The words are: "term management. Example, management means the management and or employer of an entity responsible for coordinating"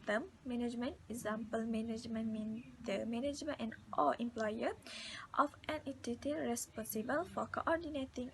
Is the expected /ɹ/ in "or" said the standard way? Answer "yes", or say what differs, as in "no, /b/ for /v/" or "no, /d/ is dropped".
no, /l/ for /ɹ/